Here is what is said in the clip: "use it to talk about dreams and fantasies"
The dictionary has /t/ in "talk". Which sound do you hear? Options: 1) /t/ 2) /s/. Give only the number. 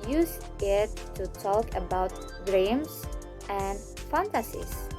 1